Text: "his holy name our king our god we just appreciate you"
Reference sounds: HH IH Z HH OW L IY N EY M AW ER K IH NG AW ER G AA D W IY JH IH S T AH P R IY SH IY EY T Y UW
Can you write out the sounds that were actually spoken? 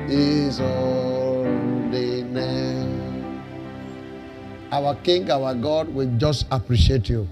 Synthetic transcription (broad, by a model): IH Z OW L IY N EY AW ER K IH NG AW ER G AA D W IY JH IH S T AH P R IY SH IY EY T Y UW